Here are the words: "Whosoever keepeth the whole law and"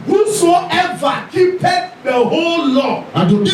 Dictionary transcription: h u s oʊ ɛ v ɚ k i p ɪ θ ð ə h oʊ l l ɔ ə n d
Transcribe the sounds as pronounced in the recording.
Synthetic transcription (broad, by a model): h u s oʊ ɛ v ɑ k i p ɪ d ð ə h oʊ l l ɔ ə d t